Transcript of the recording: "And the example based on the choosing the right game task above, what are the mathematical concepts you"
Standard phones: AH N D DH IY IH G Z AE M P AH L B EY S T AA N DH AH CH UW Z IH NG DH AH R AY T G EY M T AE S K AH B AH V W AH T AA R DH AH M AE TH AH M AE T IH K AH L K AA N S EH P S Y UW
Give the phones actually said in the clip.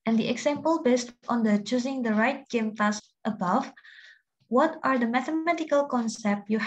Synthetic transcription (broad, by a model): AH N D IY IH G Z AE M P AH L B EY S T AA N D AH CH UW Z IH NG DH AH R AY T G EY M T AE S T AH B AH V W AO T AA R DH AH M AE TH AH M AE T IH K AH L K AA N S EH P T Y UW